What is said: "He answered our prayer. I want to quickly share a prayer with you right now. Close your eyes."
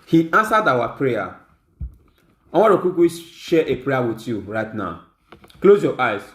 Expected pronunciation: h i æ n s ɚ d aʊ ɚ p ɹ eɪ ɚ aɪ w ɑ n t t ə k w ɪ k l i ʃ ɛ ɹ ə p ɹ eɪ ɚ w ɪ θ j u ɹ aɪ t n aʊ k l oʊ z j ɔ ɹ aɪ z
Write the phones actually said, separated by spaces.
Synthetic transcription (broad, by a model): h i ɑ n s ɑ d aʊ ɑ p ɹ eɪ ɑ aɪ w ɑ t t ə k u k i ʃ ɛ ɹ ə p ɹ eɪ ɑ w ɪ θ j u ɹ aɪ t n aʊ k l oʊ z j ɔ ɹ aɪ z